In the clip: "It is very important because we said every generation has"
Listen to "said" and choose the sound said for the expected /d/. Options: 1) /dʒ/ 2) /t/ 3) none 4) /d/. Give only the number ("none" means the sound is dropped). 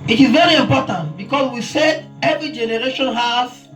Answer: 3